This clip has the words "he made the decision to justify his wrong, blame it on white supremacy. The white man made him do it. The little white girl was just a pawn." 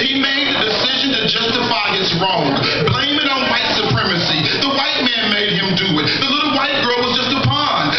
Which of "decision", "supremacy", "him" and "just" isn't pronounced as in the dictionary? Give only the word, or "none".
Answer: none